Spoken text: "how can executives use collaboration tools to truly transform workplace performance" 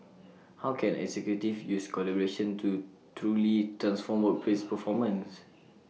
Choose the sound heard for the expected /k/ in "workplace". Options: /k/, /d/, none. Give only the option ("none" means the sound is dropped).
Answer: none